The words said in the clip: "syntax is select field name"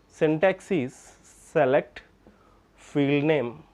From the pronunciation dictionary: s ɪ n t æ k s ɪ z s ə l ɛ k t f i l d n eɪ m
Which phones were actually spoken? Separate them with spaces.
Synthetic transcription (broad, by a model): s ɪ n t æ k s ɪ s ə l ɛ k t f i l d n eɪ m